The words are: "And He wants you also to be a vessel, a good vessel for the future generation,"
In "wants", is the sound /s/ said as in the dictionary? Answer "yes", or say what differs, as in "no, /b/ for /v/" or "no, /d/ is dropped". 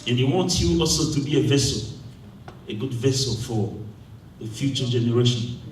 no, /s/ is dropped